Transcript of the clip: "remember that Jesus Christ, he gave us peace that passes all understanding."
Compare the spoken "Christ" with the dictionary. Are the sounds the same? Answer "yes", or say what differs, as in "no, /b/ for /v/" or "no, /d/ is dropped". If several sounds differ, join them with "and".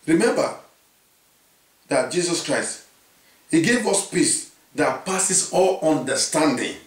yes